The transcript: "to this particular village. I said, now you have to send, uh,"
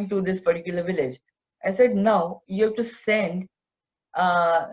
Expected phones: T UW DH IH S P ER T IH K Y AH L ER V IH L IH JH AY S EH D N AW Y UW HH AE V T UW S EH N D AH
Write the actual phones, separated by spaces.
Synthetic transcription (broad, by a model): T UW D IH S P ER T IH K Y AH L ER V IH L IH JH AY S EH D N AW Y UW HH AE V T UW S EH N D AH